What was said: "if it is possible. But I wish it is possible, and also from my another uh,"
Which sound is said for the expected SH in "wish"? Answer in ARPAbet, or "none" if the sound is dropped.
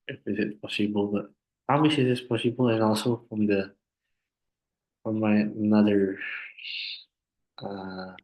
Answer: S